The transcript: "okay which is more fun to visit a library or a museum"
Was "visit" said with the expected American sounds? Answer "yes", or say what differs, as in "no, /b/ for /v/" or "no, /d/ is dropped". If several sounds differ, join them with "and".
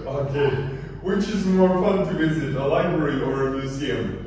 yes